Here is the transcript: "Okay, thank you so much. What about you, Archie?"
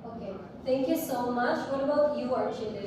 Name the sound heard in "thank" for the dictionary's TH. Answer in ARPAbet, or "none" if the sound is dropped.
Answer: T